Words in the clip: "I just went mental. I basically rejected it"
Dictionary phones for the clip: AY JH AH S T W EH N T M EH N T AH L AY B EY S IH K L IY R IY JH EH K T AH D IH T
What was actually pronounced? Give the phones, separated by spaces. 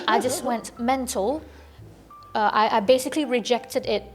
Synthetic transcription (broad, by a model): AY JH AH S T W EH N T M EH N T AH L AY B EY S IH K L IY R IY JH EH K T AH D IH T